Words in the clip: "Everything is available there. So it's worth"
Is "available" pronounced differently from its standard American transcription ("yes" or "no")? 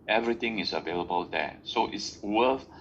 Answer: no